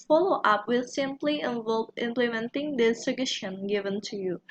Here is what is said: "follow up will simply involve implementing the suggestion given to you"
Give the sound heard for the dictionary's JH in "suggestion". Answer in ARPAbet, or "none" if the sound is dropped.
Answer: none